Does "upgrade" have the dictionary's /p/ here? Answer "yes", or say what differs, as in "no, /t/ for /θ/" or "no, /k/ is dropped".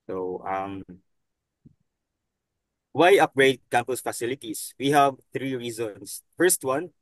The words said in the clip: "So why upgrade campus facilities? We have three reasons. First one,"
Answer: yes